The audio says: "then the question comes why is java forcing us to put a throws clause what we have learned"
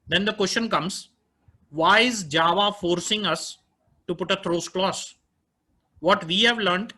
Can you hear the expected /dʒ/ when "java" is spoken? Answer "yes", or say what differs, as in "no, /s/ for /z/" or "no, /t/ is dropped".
yes